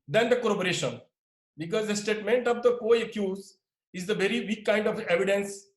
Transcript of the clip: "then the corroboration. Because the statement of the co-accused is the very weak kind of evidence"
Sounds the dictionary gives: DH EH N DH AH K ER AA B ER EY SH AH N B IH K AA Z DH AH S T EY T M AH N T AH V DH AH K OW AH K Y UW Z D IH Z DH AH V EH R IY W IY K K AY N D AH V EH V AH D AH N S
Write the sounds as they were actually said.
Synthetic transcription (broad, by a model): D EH N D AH K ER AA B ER EY SH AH N B IH K AA Z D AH S T EY T M AH N T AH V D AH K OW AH K Y UW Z IH Z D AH V EH R IY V IY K K AY N D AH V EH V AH D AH N S